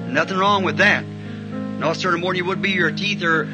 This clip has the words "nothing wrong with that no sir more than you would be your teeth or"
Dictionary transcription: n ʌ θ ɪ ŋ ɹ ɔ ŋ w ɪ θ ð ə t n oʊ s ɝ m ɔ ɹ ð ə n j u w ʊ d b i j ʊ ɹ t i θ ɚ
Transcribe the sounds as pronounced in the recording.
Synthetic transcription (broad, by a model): n ʌ θ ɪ ŋ ɹ ɔ ŋ w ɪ ð ə t n oʊ s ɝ m ɔ ɹ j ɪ w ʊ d b i j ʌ ɹ t i θ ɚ